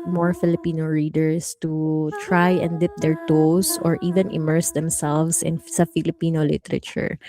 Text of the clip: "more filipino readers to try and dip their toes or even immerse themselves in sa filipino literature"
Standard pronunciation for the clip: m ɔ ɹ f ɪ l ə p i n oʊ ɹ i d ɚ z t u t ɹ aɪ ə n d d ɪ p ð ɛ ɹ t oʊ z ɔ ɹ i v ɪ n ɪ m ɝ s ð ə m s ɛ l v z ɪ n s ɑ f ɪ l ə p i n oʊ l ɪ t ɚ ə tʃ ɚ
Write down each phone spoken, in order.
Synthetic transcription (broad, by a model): m ɔ ɹ f ɪ l ə p i n oʊ ɹ i d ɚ s t u t ɹ aɪ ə n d d ɪ p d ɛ ɹ t oʊ s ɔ ɹ i v ɪ n ɪ m ɝ s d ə m s ɛ l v s ɪ n s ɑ f ɪ l ə p i n oʊ l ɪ t ɚ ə tʃ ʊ